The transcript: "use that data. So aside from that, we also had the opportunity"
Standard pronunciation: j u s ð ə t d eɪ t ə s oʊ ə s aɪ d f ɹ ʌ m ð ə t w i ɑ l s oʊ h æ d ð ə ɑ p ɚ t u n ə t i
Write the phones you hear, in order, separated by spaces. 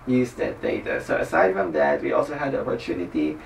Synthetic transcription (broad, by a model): j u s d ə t d eɪ t ə s oʊ ə s aɪ d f ɹ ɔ m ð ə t w i ɑ l s oʊ h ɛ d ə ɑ p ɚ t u n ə t i